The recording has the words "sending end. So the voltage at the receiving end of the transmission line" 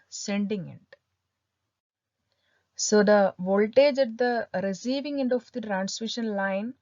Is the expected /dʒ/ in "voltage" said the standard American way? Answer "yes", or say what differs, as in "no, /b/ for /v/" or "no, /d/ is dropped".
yes